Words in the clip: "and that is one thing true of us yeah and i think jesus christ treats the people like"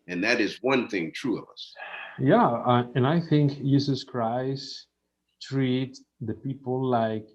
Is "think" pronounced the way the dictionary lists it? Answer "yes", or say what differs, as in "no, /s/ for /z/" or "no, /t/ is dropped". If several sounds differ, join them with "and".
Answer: yes